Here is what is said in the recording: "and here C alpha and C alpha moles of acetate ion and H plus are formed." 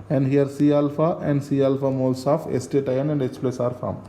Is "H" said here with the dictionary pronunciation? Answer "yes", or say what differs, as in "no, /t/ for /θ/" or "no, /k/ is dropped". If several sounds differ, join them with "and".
no, /s/ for /tʃ/